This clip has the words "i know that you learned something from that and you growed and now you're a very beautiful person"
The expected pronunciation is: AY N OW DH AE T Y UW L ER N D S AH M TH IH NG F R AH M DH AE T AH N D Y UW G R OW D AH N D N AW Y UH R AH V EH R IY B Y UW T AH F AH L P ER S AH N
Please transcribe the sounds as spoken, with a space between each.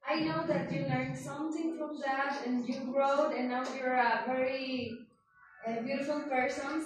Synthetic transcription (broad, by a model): AY N OW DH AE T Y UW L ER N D S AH M T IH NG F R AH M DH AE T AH N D Y UW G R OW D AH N N AW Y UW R AH V EH R IY B Y UW T AH F AH L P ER S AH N